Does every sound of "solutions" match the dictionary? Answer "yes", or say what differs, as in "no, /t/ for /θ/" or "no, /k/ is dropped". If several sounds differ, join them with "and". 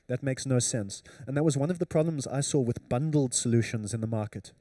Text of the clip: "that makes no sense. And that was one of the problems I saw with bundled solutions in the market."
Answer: yes